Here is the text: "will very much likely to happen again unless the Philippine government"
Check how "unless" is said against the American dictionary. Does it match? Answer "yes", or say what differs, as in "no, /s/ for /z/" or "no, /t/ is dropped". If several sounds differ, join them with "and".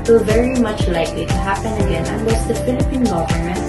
no, /w/ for /l/